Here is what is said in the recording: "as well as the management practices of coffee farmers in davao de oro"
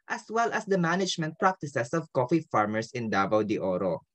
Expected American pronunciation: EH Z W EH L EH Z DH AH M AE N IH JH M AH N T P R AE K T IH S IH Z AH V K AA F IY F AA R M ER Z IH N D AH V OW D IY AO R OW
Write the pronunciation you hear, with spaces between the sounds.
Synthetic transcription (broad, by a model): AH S W EH L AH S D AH M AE N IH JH M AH N T P R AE K T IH S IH S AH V K AA F IY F AA R M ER S IH N D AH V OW D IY AO R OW